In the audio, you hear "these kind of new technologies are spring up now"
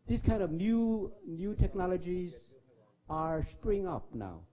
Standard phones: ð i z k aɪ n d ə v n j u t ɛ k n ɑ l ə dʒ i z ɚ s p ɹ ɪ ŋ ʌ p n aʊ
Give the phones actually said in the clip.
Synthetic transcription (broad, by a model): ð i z k aɪ n d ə v n j u t ɛ k n ɑ l ə dʒ i z ɚ s p ɹ ɪ ŋ ʌ p n aʊ